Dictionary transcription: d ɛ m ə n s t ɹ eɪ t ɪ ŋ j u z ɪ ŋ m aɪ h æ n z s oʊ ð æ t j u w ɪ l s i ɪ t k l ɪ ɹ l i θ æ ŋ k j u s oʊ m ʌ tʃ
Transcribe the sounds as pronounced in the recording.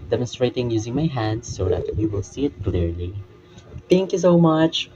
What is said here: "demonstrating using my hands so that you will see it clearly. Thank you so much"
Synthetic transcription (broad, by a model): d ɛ m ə n s t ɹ eɪ t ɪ ŋ j u z ɪ ŋ m aɪ h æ n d s oʊ ð æ t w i w ɪ l s i ɪ t k l ɪ ɹ l i θ æ ŋ k j u s oʊ m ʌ tʃ